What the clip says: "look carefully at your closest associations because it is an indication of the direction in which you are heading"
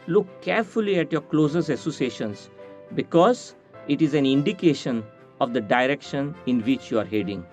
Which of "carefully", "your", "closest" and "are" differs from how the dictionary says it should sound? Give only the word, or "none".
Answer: closest